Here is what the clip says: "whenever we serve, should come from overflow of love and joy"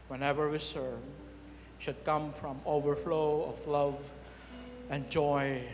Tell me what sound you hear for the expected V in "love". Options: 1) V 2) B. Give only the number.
1